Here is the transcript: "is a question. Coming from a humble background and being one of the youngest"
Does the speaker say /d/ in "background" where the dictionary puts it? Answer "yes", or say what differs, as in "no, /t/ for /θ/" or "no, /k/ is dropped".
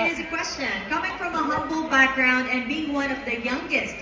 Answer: yes